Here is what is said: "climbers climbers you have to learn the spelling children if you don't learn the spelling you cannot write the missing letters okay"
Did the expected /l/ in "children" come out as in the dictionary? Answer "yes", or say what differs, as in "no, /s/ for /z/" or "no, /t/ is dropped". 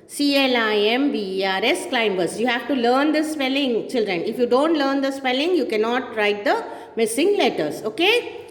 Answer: yes